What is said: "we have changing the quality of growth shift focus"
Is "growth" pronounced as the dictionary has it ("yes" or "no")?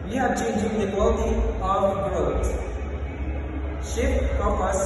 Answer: no